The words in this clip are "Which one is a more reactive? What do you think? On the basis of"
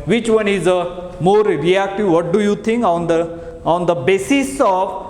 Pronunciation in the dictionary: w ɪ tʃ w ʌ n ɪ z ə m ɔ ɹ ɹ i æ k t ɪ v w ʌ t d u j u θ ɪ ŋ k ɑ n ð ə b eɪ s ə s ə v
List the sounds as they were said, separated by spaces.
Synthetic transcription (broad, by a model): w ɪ tʃ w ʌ n ɪ z ə m ɔ ɹ ɹ i æ k t ɪ v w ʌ t d u j u t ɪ ŋ k ɑ n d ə b eɪ s ə s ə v